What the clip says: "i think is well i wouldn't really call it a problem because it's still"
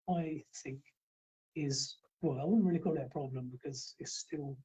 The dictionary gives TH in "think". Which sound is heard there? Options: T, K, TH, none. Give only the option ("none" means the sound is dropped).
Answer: TH